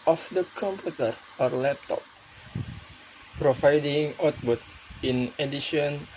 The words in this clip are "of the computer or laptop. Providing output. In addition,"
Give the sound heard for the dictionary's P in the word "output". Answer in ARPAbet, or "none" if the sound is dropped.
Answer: B